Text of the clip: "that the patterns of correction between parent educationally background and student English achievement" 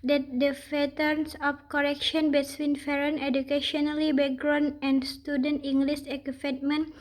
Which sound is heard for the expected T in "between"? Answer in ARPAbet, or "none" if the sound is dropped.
S